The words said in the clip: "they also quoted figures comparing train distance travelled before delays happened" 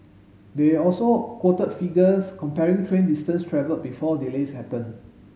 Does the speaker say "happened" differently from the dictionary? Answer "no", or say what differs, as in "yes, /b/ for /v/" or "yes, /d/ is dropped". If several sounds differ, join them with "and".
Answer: yes, /d/ is dropped